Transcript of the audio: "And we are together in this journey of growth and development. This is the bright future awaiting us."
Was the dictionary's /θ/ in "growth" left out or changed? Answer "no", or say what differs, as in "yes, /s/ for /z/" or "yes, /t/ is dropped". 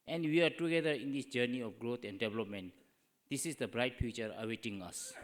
yes, /t/ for /θ/